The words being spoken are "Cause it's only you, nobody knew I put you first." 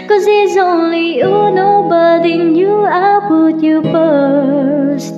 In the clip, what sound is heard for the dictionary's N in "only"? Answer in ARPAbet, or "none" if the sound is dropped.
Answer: N